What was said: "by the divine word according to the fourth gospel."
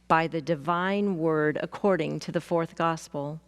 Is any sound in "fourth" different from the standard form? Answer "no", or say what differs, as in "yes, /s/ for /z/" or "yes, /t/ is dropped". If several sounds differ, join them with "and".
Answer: no